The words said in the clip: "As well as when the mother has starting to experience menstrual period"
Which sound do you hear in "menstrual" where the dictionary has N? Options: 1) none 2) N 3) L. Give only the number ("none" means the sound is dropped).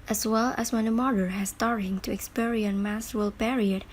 1